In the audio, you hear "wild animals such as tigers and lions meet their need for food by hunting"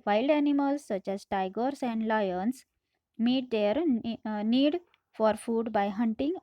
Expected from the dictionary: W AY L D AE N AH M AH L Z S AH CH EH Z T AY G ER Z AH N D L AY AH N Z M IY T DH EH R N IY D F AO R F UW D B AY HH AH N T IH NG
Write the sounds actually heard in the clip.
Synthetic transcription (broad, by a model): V AY L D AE N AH M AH L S S AH CH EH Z T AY G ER S AH N D L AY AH N S M IY T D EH R N IY D F AO R F UW D B AY HH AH N T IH NG